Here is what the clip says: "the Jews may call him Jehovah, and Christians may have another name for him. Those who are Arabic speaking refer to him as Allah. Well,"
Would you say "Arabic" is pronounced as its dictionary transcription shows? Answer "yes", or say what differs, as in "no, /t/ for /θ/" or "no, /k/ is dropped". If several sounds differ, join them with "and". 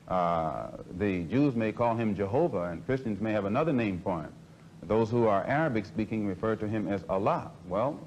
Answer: yes